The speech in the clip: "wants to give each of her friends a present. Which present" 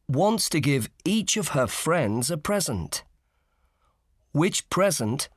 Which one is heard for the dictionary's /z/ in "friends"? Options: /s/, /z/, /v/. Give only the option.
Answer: /z/